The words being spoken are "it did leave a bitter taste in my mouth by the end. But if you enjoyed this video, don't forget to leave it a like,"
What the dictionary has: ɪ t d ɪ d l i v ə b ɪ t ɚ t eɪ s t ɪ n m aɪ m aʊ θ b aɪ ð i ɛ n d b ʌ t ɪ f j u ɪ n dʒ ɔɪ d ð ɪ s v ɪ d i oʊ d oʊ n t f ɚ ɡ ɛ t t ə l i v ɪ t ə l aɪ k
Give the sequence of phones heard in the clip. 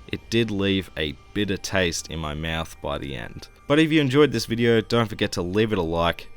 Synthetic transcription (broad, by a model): ɪ t d ɪ d l i v ə b ɪ t ɚ t eɪ s t ɪ n m aɪ m aʊ θ b aɪ ð i ɛ n d b ʌ t ɪ f j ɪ ɪ n dʒ ɔɪ d ð ɪ s v ɪ d i oʊ d oʊ n t f ɚ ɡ ɛ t t ə l i v ɪ t ə l aɪ k